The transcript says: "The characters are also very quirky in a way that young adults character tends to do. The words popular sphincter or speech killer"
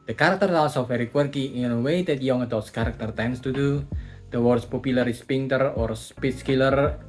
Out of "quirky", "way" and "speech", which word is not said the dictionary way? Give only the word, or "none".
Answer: speech